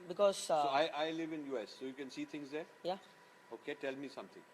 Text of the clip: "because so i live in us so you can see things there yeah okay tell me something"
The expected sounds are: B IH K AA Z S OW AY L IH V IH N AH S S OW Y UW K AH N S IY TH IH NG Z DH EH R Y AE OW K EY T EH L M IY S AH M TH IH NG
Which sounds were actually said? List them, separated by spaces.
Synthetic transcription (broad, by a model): B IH K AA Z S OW AY L IH V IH N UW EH S OW Y UW K AH N S IY T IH NG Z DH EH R Y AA OW K EY T EH L M IY S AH M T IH NG